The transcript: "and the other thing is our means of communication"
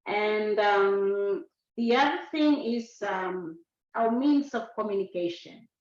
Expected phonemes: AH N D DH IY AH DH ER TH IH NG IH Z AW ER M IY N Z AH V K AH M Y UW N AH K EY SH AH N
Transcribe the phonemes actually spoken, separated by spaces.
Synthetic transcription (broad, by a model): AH N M DH IY AH DH ER TH IH NG IH Z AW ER M IY N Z AH V K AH M Y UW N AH K EY SH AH N